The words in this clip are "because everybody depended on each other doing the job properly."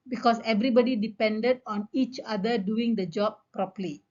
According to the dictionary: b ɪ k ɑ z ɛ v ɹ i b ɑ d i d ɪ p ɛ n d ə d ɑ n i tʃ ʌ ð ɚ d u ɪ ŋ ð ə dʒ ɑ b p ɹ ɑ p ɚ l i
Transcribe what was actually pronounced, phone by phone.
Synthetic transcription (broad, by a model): b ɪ k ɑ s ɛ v ɹ i b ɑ d i d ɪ p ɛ n d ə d ɑ n i tʃ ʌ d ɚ d u ɪ ŋ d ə dʒ ɑ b p ɹ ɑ p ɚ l i